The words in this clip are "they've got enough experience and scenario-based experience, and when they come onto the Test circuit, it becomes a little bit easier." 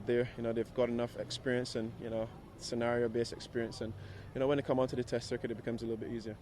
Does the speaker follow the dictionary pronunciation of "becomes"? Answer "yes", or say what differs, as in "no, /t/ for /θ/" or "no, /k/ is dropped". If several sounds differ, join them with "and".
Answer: yes